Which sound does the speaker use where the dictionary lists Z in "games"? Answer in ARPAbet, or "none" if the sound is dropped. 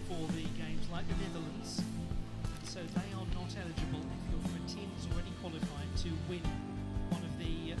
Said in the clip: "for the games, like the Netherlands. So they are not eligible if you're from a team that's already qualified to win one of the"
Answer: Z